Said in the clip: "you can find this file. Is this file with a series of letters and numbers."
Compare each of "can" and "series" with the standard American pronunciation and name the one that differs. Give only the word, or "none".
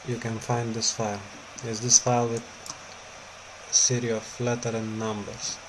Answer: series